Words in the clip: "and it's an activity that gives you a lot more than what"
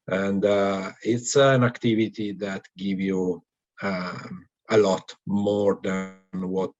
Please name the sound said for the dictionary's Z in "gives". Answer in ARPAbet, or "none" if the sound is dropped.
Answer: none